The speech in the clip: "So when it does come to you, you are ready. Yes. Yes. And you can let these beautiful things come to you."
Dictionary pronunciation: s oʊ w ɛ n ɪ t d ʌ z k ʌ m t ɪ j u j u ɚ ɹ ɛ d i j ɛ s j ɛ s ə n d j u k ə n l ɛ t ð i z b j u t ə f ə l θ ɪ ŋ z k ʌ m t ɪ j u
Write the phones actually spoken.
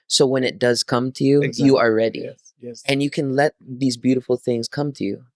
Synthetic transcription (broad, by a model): s oʊ w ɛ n ɪ t d ʌ z k ʌ m t ɪ j u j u ɚ ɹ ɛ d i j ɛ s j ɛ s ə n j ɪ k ə n l ɛ t ð i z b j u t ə f l θ ɪ ŋ z k ʌ m t ɪ j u